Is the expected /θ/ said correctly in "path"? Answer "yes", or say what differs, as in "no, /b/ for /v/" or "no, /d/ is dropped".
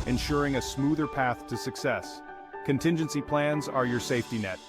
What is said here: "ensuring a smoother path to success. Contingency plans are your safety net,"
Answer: yes